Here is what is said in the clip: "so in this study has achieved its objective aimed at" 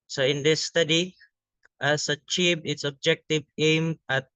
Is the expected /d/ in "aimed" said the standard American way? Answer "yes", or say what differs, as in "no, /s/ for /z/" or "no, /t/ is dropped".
no, /d/ is dropped